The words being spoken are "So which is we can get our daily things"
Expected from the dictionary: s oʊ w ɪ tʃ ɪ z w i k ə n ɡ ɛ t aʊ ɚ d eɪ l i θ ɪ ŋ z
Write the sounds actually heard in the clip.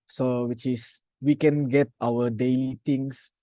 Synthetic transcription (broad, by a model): s oʊ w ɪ tʃ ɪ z w i k ə n ɡ ɛ t aʊ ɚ d eɪ l i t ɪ ŋ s